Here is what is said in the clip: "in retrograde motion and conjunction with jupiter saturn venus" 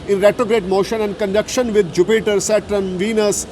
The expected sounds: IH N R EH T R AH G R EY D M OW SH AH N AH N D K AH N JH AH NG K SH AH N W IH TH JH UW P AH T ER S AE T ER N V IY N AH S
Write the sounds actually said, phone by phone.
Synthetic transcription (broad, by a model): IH N R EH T R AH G R EY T M OW SH AH N AH N D K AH N JH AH K SH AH N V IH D JH UW P AH T ER S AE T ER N V IY N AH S